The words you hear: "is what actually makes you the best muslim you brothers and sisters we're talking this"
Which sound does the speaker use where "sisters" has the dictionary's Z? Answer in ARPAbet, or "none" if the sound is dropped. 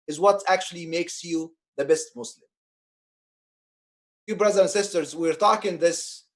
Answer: Z